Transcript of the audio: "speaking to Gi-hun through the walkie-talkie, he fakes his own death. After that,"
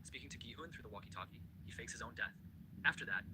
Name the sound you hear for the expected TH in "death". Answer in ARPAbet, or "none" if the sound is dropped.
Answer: TH